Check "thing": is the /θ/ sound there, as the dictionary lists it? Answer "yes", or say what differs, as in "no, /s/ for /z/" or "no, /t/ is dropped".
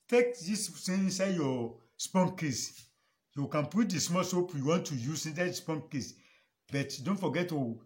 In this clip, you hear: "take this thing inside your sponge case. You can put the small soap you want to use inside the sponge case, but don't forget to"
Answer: no, /s/ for /θ/